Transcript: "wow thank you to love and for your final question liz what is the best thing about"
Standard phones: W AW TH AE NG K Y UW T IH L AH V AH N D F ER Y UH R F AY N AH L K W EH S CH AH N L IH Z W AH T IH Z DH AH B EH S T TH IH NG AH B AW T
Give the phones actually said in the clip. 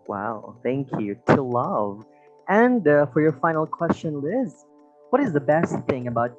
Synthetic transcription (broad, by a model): W AW TH AE NG K Y UW T IH L AH V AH N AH F ER Y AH R F AY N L K W EH S CH AH N L IH Z W AH T IH Z DH AH B EH S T TH IH NG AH B AW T